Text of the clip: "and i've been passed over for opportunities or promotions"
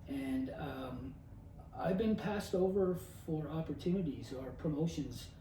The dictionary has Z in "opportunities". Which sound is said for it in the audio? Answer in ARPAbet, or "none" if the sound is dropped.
Z